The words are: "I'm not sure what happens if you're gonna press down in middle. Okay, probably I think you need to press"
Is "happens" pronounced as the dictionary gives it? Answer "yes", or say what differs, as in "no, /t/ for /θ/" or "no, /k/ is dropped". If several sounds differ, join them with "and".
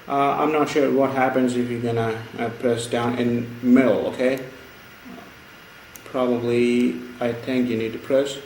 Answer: yes